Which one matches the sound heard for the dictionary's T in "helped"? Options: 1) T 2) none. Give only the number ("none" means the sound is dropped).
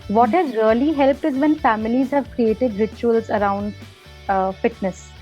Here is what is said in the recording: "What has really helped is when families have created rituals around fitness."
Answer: 1